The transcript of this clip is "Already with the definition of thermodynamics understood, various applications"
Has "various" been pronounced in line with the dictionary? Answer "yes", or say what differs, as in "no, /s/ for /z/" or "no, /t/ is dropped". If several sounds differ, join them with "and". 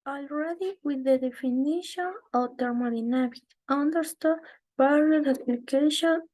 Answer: no, /b/ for /v/